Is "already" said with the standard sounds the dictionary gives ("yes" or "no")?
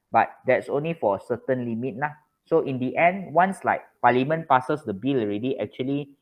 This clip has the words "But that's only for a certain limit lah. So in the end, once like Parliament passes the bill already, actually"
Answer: yes